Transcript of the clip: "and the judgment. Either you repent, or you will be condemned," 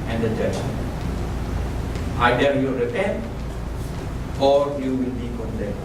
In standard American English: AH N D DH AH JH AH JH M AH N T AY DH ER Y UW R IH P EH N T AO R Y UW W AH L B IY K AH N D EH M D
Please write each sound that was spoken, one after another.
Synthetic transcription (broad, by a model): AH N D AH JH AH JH AH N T AY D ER Y UW R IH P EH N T AO R Y UW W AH L B IY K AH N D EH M